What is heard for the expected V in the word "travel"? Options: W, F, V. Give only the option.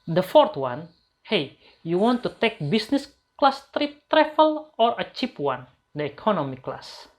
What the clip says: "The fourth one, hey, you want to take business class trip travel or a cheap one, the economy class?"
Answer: F